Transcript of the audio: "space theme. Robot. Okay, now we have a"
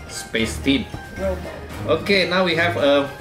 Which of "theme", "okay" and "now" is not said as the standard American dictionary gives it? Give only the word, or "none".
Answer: theme